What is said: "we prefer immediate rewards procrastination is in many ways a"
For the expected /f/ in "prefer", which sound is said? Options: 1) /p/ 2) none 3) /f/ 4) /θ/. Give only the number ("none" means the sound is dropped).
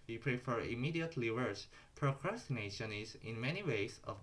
3